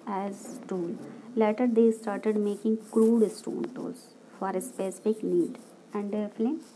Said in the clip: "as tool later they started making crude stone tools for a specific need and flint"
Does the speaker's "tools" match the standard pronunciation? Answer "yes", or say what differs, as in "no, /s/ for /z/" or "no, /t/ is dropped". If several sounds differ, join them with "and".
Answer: no, /l/ is dropped